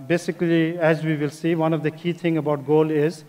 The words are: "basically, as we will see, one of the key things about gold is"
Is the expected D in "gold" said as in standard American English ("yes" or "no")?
no